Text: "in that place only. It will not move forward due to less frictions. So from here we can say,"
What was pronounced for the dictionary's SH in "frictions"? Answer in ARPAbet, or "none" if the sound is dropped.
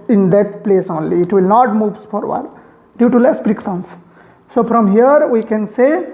S